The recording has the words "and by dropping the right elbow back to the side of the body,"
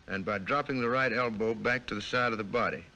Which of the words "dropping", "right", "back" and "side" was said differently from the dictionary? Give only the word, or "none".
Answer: none